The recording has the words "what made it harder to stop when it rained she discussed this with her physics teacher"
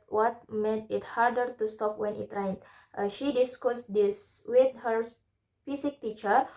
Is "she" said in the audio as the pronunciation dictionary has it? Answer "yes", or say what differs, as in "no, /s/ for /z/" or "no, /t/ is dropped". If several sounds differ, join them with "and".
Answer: yes